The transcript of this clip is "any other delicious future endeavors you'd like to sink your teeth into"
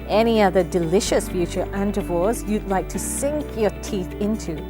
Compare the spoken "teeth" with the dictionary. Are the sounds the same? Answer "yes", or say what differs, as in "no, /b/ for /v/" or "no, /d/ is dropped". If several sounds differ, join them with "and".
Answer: yes